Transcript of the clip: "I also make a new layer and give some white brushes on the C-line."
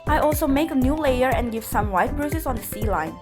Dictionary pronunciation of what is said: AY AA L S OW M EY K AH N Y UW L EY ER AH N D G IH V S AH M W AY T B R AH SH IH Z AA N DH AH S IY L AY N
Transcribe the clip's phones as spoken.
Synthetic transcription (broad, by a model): AY AA L S OW M EY K AH N Y UW L EY ER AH N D G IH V S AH M W AY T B R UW S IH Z AA N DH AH S IY L AY N